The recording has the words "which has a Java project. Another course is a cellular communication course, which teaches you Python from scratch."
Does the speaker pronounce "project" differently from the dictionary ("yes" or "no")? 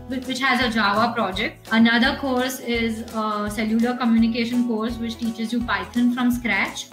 no